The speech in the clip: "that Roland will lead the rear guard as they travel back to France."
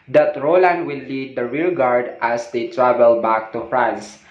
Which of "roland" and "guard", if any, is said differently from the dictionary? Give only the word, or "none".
none